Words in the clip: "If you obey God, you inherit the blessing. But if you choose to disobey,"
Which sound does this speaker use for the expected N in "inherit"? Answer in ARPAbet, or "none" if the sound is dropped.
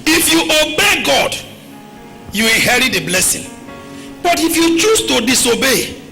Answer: none